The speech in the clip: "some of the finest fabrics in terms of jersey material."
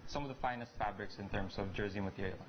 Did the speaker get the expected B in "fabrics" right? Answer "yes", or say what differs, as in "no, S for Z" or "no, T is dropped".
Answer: yes